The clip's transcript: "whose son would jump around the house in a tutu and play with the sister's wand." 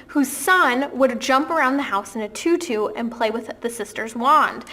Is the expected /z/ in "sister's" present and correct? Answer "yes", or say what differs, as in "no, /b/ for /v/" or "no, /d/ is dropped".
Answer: yes